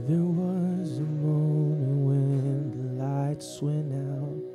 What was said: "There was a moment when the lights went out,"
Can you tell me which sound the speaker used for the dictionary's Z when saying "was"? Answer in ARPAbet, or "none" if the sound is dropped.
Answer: Z